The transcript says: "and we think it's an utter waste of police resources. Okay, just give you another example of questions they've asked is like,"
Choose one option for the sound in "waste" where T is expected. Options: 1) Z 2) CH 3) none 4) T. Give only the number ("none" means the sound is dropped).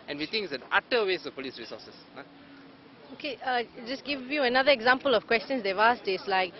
3